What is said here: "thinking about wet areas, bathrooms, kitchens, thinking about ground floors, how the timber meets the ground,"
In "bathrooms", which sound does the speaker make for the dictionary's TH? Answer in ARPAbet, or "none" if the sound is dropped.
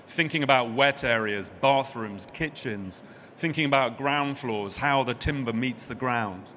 TH